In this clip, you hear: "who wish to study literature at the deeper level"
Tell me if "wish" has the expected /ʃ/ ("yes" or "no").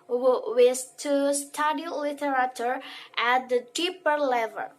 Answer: no